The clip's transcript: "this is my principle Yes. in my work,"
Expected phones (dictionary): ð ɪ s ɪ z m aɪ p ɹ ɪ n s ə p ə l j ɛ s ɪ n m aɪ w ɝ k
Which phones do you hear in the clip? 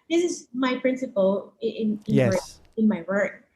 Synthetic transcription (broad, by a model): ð ɪ s ɪ z m aɪ p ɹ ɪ n s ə p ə n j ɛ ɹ ɪ n m aɪ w ɝ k